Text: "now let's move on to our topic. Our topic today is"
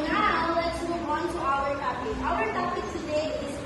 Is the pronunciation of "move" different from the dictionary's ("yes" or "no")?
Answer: yes